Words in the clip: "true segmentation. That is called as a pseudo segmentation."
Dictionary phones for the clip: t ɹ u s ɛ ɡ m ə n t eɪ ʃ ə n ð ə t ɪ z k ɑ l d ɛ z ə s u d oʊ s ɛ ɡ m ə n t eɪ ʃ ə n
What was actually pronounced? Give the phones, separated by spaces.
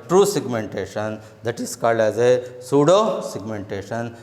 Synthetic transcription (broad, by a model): t ɹ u s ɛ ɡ m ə n t eɪ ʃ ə n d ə t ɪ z k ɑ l ɛ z ə s u d oʊ s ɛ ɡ m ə n t eɪ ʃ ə n